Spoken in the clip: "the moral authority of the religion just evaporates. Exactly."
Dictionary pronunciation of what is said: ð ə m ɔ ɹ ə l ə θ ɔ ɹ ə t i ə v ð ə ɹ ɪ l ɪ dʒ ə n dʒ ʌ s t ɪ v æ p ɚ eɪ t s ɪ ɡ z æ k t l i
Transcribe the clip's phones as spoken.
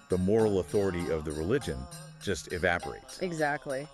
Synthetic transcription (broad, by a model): ð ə m ɔ ɹ l ə θ ɔ ɹ ə t i ə v ð ə ɹ ɪ l ɪ dʒ ə n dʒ ʌ s t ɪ v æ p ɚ eɪ t s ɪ ɡ z æ k t l i